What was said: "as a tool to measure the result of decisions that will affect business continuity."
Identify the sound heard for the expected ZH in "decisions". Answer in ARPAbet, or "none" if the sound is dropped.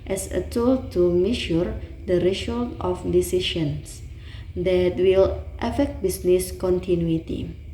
SH